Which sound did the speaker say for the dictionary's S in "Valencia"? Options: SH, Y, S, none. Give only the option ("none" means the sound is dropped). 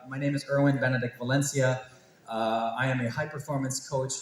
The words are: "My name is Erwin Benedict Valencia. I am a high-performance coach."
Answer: S